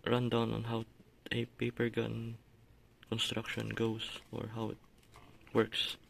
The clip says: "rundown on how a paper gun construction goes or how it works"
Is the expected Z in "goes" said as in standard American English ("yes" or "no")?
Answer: no